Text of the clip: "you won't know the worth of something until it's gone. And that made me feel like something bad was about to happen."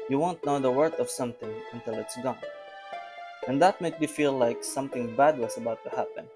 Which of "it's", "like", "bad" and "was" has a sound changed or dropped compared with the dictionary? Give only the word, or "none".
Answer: was